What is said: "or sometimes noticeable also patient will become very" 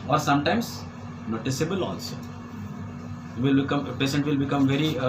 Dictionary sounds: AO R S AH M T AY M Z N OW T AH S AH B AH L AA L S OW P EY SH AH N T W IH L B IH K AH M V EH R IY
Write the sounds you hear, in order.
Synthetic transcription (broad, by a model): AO R S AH M T AY M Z N OW T AH S AH B AH L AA L S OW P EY S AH N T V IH L B IH K AH M V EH R IY